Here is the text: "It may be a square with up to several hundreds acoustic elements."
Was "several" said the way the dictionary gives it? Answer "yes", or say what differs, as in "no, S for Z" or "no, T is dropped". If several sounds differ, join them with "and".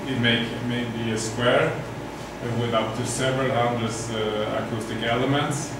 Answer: yes